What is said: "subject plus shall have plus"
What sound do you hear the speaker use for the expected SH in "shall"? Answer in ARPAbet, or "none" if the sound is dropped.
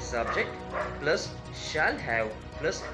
SH